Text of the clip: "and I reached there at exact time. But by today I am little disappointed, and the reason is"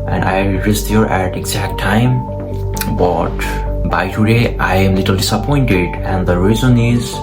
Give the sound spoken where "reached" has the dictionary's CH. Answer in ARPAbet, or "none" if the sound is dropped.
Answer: S